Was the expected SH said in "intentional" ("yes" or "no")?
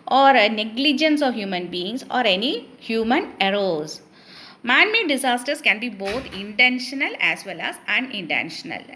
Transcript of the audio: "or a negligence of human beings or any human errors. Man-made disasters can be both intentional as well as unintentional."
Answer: yes